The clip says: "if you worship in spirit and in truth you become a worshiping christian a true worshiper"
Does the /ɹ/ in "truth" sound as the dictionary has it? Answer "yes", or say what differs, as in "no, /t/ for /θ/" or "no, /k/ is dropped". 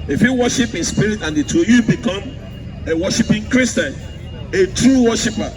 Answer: no, /ɹ/ is dropped